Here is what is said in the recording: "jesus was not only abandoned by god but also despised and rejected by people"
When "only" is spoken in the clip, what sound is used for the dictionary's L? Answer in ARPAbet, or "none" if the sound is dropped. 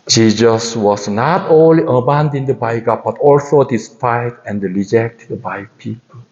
L